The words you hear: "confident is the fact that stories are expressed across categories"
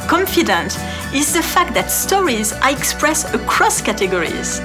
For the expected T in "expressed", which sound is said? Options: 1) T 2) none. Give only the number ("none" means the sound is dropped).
2